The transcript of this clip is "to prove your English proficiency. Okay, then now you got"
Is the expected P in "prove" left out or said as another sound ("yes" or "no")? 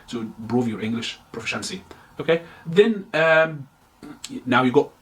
yes